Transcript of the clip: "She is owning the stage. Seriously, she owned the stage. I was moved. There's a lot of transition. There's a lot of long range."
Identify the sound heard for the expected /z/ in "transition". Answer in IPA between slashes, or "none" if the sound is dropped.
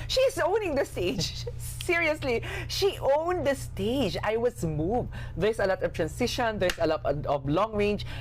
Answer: /s/